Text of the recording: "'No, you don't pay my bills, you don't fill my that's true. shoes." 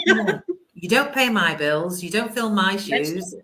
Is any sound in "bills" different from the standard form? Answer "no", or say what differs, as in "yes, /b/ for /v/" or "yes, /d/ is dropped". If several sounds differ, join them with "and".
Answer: no